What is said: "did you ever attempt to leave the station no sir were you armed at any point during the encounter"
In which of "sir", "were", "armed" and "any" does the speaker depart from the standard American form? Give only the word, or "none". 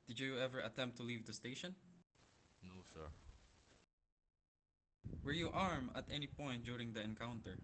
armed